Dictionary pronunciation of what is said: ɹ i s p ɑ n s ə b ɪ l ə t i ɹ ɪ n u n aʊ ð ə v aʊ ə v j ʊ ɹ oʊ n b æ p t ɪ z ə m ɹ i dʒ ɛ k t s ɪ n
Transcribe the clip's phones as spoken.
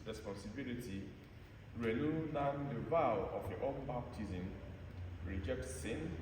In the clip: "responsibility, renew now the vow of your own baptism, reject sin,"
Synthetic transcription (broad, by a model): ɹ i s p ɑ n s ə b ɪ l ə t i ɹ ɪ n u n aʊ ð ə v aʊ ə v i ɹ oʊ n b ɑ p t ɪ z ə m ɹ i dʒ ɛ k t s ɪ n